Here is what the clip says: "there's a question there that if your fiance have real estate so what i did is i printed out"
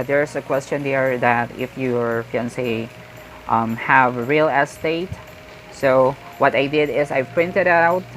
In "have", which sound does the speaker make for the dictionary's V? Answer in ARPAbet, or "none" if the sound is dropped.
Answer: V